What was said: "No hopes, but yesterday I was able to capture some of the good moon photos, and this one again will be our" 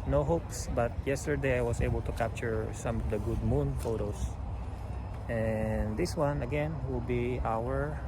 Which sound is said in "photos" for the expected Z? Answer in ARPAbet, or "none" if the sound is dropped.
S